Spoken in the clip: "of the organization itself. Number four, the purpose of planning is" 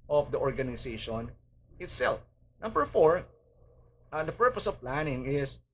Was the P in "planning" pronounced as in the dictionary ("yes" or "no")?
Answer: yes